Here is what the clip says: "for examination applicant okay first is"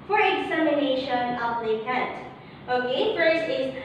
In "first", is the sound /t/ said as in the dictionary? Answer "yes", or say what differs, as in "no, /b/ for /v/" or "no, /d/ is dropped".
no, /t/ is dropped